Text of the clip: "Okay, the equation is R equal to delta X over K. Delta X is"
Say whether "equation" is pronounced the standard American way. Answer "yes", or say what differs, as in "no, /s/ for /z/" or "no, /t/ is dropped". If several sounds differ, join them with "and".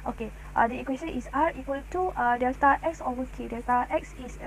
no, /s/ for /ʒ/